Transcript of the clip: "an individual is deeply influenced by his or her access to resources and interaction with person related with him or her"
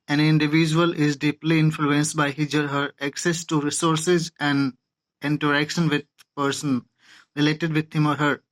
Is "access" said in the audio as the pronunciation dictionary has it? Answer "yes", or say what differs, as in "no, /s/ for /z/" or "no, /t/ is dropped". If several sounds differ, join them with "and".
yes